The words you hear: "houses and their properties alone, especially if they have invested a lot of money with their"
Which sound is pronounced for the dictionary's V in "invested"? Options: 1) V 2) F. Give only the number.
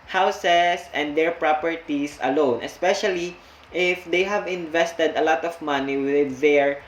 1